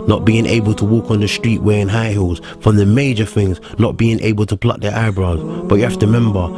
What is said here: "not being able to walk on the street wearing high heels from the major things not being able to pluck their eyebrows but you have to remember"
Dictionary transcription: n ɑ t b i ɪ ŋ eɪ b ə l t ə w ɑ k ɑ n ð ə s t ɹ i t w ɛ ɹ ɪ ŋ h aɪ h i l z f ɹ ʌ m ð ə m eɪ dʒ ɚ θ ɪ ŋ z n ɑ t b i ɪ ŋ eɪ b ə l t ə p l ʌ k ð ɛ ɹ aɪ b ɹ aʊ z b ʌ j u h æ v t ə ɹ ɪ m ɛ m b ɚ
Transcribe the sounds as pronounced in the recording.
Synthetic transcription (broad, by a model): n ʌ t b i ɪ ŋ eɪ b ə l t ə w ɑ k n ð ə s t ɹ i t w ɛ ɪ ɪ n h aɪ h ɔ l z f ɹ ʌ m ð ə m eɪ dʒ ɚ θ ɪ ŋ z n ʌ t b i ɪ ŋ eɪ b ə l t ə p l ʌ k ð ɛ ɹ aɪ b ɹ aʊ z b ʌ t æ f t ə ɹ m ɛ m b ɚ